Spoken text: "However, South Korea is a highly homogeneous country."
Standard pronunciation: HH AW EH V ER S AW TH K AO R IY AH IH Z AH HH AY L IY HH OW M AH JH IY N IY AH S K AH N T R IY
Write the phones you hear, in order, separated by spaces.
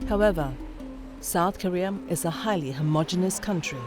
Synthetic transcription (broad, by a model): HH AW EH V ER S AW TH K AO R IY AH IH Z AH HH AY L IY HH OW M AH JH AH N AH S K AH N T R IY